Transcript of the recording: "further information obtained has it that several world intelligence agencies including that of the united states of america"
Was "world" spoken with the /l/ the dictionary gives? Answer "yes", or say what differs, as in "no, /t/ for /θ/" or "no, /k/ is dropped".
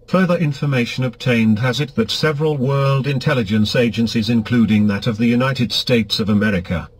yes